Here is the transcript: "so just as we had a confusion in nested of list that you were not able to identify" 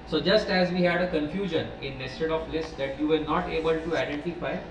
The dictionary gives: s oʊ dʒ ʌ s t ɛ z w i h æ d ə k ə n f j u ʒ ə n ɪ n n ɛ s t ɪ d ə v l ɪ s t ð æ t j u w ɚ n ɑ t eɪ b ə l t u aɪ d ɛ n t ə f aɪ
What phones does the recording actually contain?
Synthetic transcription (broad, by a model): s oʊ dʒ ʌ s t ɛ z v i h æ d ə k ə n f j u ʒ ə n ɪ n n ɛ s t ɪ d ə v l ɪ s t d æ t j u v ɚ n ɑ t eɪ b ə l t u aɪ d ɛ n t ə f aɪ